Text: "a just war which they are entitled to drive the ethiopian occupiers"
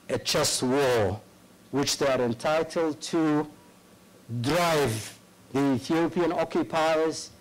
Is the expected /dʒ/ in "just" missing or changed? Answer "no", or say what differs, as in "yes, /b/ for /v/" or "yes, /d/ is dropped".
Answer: yes, /tʃ/ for /dʒ/